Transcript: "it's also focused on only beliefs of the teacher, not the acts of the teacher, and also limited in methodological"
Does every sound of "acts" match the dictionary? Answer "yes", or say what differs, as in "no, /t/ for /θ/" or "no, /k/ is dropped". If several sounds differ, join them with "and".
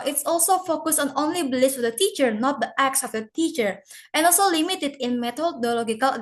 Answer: yes